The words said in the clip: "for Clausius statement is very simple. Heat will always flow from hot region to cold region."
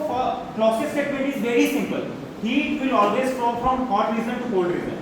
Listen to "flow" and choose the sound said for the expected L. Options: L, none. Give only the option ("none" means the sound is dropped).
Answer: none